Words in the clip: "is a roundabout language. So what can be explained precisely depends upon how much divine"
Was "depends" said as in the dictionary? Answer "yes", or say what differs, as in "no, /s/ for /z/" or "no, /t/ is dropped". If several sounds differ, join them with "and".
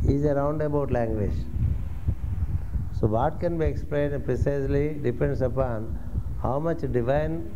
no, /s/ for /z/